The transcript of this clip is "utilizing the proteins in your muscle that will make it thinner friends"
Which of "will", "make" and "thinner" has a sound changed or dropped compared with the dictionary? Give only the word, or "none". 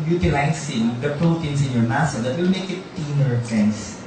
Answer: thinner